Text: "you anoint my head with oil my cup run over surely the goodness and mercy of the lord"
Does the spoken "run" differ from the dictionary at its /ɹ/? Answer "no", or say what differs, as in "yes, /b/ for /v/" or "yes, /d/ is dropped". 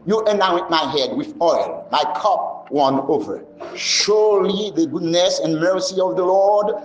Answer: yes, /w/ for /ɹ/